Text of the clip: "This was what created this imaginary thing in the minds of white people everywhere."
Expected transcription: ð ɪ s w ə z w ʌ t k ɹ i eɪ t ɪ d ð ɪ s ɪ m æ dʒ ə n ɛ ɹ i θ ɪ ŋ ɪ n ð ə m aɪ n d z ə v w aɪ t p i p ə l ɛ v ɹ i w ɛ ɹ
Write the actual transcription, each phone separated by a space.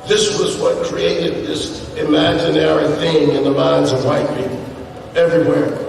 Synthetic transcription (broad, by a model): ð ɪ s w ə z w ʌ t k ɹ i eɪ t ɪ d ð ɪ s ɪ m æ dʒ ə n ɛ ɹ i θ ɪ ŋ ɪ n ð ə m aɪ n z ə v w aɪ t p i p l ɛ v ɹ i w ɛ ɹ